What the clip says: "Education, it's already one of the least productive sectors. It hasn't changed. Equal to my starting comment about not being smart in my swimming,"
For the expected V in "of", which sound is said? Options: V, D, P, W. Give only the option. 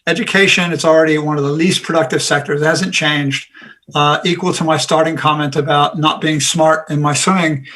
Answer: V